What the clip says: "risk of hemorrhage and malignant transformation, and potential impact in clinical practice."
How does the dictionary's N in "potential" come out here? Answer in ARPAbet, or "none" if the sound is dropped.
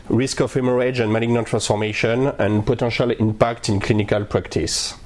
none